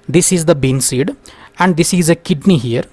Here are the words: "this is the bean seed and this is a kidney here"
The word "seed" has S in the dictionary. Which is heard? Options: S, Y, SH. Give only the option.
S